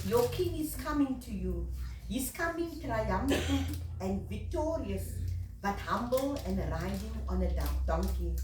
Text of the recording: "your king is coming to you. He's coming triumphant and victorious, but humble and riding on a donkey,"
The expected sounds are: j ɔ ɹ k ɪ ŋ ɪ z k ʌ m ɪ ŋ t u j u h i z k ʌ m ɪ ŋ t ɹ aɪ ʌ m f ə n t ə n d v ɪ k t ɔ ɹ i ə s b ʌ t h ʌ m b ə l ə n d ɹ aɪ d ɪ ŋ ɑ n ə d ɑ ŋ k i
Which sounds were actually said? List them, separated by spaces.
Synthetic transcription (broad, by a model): j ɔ k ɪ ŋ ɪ s k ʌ m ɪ ŋ t u j u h i s k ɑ m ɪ ŋ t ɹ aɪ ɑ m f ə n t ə n v ɪ k t ɔ ɹ i ə s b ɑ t h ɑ m b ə l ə n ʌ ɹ aɪ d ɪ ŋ ɑ n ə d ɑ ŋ k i